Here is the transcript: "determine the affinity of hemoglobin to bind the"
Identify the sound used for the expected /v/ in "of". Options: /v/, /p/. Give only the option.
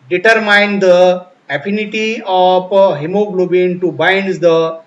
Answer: /p/